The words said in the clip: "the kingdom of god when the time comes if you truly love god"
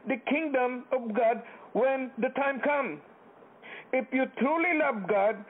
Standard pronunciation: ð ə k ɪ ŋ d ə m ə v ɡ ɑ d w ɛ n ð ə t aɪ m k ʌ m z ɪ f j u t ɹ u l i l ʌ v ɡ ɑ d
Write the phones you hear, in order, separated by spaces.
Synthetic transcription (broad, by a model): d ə k ɪ ŋ d ə m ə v ɡ ɑ d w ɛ n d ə t aɪ m k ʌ m ɪ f j u t ɹ u l i l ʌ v ɡ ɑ d